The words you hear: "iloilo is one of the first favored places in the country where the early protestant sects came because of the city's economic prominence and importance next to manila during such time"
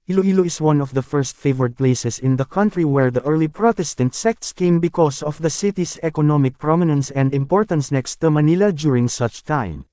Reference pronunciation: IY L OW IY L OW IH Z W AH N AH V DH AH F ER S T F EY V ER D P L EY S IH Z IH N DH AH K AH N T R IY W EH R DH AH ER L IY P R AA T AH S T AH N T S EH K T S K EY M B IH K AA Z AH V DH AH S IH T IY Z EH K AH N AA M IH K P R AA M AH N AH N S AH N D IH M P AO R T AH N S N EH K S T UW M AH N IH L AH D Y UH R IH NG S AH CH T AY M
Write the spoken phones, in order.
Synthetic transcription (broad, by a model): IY L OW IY L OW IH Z W AH N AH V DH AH F ER S T F EY V ER D P L EY S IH S IH N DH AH K AH N T R IY W EH R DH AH ER L IY P R AA T AH S T AH N T S EH K T S K EY M B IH K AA S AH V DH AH S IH T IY S EH K AH N AA M IH K P R AA M AH N AH N S AH N D IH M P AO R T AH N S N EH K S T UW M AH N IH L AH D Y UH R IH NG S AH CH T AY M